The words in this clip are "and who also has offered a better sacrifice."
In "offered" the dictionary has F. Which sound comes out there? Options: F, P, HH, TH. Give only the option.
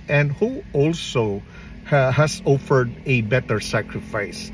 F